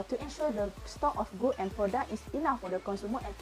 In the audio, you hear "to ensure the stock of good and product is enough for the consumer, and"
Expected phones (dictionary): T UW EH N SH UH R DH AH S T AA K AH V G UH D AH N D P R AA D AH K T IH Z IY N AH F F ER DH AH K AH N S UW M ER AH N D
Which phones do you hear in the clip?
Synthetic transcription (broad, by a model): T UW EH N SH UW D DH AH S T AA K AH F G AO AH N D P R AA D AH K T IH S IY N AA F F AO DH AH K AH N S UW M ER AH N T